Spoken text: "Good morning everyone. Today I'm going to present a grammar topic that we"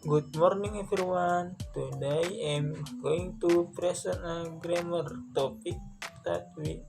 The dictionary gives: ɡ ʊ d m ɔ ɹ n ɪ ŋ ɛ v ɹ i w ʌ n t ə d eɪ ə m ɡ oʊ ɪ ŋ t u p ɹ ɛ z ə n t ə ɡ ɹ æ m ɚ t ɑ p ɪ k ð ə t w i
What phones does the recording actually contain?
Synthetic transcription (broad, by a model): ɡ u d m ɔ ɹ n ɪ ŋ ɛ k ɹ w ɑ n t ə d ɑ ə m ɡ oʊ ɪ ŋ t u p ɹ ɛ s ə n ə ɡ ɹ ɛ m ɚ t ɑ p ɪ k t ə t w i